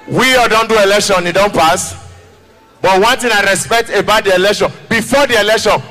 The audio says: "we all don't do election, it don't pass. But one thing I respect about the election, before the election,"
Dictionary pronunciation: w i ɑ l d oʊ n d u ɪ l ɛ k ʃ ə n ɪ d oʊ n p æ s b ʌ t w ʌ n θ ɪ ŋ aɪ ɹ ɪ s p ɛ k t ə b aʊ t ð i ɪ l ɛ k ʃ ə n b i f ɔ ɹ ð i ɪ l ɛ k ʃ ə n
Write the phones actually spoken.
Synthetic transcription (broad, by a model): w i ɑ d oʊ n d u ɪ l ɛ k ʃ ə n ɪ d oʊ n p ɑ s b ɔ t w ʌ n t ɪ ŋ aɪ ɹ ɪ s p ɛ k t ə b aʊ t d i ɪ l ɛ k ʃ ə n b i f ɔ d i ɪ l ɛ k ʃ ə n